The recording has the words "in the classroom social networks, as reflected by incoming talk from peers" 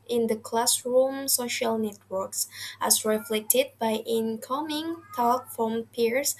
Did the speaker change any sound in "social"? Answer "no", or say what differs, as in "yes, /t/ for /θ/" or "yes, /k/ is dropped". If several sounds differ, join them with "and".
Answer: no